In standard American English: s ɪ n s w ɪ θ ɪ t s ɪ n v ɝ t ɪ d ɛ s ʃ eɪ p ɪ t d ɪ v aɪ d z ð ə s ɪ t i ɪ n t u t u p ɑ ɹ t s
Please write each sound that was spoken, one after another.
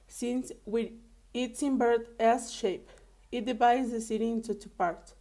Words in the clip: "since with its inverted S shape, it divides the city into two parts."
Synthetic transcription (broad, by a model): s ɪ n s w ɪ ɪ t s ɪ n b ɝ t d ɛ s ʃ eɪ p ɪ t d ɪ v aɪ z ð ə s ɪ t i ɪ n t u t u p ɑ ɹ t